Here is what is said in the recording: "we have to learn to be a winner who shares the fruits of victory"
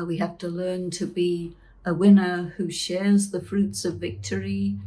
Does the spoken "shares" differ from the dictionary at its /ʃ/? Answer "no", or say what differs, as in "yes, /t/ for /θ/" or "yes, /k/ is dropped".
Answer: no